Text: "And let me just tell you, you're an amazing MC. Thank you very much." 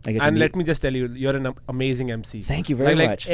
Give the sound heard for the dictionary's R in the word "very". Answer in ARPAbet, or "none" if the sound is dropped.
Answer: L